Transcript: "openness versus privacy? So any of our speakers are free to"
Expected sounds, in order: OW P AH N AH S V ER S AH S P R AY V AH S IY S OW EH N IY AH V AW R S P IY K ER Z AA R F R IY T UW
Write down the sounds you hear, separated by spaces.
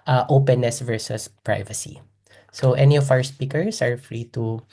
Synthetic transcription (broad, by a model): OW P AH N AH S V ER S AH S P R AY V AH S IY S OW EH N IY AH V AW R S P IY K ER S AA R F R IY T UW